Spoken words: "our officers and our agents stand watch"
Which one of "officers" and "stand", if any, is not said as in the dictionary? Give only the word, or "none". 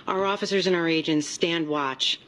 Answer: none